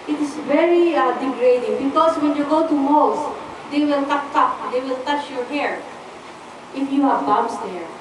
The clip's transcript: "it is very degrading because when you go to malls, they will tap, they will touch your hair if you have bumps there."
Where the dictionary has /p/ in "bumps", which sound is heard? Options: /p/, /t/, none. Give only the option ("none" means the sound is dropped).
none